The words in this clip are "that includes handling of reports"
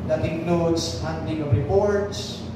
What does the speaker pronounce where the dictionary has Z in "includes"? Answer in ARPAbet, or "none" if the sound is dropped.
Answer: S